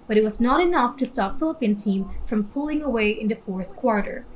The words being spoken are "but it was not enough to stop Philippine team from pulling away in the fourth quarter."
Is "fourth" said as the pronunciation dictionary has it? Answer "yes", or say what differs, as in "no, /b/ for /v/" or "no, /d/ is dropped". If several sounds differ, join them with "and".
yes